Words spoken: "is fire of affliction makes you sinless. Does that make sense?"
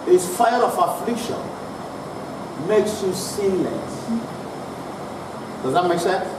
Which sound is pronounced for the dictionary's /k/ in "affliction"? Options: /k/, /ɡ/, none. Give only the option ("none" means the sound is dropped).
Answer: /k/